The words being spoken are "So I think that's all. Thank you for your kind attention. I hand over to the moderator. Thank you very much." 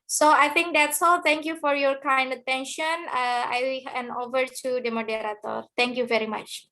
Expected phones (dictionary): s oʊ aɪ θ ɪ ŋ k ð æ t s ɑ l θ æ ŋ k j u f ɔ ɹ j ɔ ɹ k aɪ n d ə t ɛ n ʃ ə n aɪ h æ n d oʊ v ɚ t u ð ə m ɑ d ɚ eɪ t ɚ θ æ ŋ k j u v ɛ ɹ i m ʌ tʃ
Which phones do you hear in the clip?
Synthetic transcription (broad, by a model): s oʊ aɪ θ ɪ ŋ k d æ t s ɑ l t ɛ ŋ k j u f ɔ ɹ j ɔ ɹ k aɪ n d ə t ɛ n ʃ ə n aɪ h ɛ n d oʊ v ɚ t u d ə m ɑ d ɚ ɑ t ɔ t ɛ ŋ k j u v ɛ ɹ i m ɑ tʃ